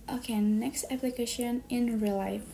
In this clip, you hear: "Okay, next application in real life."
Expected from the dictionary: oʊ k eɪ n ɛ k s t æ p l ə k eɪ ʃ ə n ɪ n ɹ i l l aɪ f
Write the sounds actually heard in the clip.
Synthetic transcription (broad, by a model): oʊ k eɪ n ɛ k s t æ p l ə k eɪ ʃ ə n ɪ n ɹ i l l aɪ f